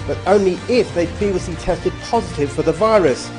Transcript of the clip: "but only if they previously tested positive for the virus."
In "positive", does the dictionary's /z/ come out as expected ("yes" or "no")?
yes